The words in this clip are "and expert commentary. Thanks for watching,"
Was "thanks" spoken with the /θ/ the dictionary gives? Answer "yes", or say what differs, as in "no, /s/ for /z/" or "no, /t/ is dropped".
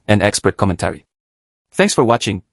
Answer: yes